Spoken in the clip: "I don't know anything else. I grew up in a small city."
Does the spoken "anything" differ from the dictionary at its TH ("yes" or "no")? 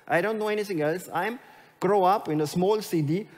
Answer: yes